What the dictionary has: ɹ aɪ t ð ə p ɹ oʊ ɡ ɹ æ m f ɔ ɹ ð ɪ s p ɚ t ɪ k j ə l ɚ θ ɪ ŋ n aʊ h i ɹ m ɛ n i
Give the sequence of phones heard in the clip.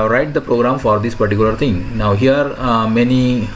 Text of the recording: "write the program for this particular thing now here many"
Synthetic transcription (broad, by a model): ɹ aɪ t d ə p ɹ oʊ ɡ ɹ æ m f ɔ ɹ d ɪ s p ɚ t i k j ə l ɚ t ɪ ŋ n aʊ h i ɹ m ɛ n i